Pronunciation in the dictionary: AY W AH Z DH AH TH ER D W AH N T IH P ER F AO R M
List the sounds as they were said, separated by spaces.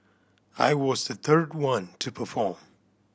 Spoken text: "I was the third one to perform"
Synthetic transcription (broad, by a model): AY W AH Z DH AH TH ER D W AH N T IH P ER F AO R M